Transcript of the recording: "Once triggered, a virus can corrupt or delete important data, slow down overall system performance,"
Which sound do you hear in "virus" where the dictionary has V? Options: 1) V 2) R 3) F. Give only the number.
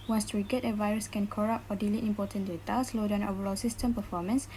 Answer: 1